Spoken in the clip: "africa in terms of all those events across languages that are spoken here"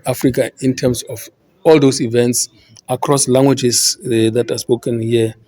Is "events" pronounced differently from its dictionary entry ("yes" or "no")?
no